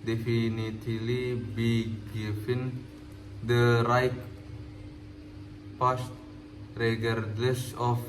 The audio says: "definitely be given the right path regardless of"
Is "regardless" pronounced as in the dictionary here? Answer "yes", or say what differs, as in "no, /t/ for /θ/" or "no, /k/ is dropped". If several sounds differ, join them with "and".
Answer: no, /l/ is dropped